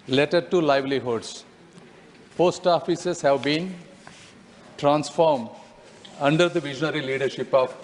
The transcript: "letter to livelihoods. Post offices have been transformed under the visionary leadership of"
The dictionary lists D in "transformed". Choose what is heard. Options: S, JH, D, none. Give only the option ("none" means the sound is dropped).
D